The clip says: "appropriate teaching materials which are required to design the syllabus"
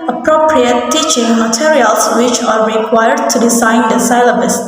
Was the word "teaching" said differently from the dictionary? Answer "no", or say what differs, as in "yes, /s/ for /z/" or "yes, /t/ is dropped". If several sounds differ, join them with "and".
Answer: no